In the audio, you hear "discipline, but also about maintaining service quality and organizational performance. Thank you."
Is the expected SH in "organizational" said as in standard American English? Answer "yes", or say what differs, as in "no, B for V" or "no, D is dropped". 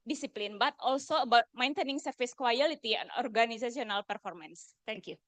no, S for SH